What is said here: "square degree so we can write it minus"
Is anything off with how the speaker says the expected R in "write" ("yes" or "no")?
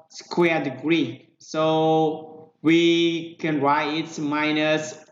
no